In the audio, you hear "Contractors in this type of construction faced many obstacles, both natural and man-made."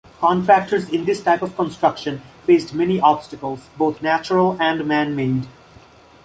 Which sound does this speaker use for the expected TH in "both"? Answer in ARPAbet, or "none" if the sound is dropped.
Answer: T